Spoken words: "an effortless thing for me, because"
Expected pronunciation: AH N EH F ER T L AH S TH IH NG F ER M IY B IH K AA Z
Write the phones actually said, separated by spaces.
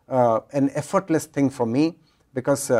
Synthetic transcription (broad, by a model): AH N EH F ER T L AH S T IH NG F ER M IY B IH K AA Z